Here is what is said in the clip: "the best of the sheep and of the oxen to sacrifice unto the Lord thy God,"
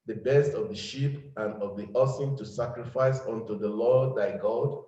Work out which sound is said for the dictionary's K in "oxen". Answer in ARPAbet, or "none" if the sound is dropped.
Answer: none